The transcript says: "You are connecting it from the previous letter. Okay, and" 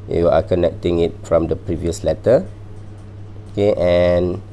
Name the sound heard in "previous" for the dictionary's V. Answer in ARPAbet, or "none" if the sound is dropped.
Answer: V